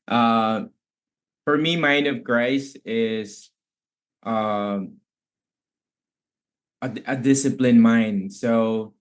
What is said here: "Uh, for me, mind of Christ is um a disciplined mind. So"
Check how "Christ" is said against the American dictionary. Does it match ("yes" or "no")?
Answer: no